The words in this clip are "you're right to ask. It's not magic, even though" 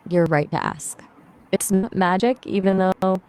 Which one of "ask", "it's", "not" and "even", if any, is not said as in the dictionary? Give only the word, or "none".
none